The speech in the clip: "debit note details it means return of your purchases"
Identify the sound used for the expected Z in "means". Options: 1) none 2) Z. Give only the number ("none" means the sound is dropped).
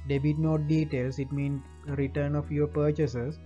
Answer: 1